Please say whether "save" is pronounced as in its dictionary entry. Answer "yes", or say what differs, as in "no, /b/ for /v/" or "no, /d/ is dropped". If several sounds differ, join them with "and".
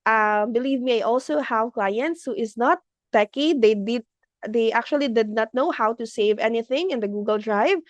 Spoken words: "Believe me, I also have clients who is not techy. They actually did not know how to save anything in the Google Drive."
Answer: yes